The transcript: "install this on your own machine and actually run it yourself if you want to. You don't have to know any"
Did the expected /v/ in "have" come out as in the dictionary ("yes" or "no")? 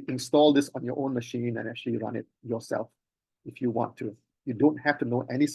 no